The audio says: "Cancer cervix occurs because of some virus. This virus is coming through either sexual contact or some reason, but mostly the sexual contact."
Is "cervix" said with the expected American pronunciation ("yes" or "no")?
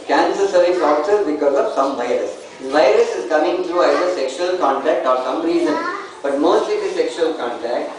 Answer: no